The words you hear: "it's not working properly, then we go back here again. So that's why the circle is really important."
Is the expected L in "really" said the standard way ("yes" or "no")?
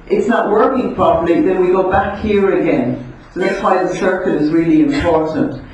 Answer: yes